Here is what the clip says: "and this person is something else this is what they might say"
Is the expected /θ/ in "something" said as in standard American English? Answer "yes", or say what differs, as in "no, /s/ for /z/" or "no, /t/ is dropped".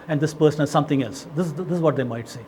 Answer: no, /t/ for /θ/